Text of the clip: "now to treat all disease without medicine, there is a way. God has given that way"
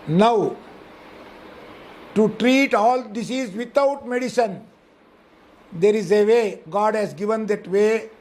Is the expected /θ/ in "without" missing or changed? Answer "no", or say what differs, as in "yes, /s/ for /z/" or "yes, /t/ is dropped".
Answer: yes, /t/ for /θ/